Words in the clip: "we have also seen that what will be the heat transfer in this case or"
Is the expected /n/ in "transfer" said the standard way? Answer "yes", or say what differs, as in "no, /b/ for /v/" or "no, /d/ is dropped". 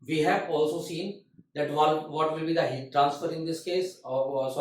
yes